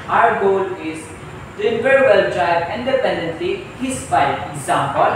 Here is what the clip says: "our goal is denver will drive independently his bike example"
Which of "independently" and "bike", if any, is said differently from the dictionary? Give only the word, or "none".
bike